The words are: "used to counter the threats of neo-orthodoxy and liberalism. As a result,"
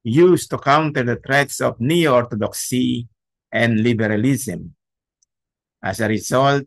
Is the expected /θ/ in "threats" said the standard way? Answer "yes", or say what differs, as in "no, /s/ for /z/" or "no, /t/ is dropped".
no, /t/ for /θ/